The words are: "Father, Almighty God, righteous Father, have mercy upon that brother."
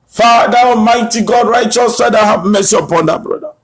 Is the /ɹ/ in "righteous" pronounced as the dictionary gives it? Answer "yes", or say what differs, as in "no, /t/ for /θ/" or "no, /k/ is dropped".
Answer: yes